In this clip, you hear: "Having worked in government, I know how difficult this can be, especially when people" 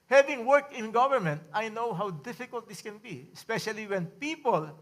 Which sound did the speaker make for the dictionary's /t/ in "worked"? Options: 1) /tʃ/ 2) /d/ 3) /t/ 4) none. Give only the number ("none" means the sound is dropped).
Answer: 4